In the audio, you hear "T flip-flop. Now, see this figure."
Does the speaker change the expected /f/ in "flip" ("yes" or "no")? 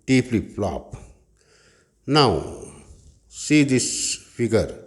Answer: yes